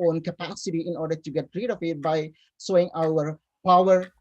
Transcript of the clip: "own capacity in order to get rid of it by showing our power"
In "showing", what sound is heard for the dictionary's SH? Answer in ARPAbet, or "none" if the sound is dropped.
S